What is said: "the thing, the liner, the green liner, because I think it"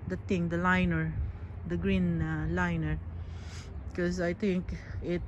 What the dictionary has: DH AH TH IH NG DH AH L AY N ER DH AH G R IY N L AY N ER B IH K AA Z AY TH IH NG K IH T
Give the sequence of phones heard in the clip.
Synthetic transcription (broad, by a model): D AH T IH NG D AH L AY N ER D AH G R IY N L AY N ER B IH K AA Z AY T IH NG K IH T